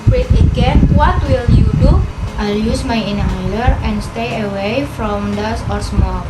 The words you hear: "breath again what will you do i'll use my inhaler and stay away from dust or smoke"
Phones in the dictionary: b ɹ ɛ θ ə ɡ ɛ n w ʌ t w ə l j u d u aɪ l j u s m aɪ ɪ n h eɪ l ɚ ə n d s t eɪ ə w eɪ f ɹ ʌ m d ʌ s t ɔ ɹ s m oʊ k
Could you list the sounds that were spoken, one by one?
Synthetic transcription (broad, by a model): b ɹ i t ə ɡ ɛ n w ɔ t w ə l j u d u aɪ l j u s m aɪ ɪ n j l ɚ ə n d s t eɪ ə w eɪ f ɹ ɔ m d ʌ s ɔ ɹ s m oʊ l